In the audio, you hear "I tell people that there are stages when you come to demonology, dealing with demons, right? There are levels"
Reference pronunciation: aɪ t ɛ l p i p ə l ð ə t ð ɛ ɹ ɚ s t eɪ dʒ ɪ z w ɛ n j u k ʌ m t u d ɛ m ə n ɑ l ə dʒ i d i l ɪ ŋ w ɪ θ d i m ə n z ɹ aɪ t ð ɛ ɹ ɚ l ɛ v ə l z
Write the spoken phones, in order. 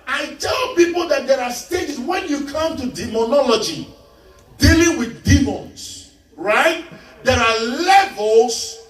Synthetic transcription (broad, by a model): aɪ t ɛ l p i p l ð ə t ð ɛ ɹ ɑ s t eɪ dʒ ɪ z w ɛ n j u k ʌ m t u d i m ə n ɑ l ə dʒ i d i l ɪ ŋ w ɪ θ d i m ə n s ɹ aɪ t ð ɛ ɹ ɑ l ɛ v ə l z